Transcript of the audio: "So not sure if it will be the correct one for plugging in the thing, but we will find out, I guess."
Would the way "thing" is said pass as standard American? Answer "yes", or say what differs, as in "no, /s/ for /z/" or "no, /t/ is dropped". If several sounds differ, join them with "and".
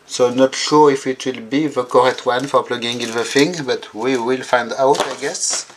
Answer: no, /f/ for /θ/